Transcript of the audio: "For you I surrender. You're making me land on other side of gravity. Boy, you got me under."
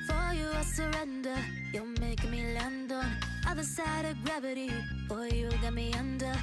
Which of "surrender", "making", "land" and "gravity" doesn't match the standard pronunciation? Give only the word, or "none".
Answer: making